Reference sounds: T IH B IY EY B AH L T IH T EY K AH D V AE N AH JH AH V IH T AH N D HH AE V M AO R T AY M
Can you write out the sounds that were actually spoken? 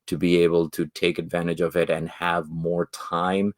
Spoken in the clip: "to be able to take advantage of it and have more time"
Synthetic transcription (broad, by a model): T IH B IY EY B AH L T IH T EY K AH D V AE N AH JH AH V IH T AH N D HH AE V M AO R T AY M